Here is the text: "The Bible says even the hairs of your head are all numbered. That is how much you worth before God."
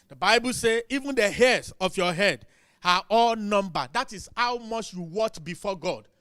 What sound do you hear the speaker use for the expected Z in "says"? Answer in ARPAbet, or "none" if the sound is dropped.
none